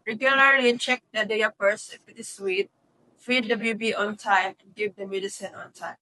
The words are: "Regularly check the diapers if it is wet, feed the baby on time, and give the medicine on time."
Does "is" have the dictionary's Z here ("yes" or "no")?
no